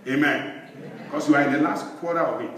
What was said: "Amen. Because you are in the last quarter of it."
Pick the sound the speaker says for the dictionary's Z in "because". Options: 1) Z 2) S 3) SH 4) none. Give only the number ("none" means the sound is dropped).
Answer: 2